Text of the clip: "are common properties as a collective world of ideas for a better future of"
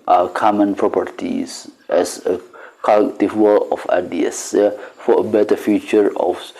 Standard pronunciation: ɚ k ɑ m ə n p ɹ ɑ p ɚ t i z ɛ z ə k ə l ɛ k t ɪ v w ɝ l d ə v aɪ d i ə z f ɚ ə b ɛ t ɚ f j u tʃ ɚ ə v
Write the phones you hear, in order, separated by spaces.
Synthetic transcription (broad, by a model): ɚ k ɑ m ə n p ɹ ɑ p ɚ t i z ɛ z ə k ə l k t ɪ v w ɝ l ə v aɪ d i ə s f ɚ ə b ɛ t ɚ f j u tʃ ɚ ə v